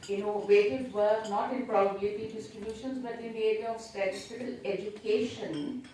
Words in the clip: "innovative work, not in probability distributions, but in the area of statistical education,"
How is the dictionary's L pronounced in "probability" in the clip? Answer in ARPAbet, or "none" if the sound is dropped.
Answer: none